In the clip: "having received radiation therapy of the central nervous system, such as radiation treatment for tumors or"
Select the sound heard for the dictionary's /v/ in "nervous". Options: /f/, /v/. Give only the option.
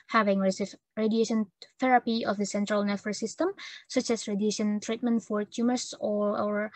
/f/